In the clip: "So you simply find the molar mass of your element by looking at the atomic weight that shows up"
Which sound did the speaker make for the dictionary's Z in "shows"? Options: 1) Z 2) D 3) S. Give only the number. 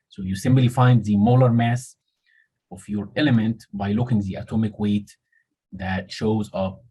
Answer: 1